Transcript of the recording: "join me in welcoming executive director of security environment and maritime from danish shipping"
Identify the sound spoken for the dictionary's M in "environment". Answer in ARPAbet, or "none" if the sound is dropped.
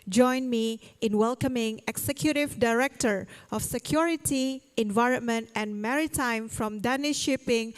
M